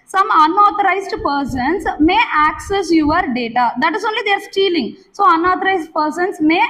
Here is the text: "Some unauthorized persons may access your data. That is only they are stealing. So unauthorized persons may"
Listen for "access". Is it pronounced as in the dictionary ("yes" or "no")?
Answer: yes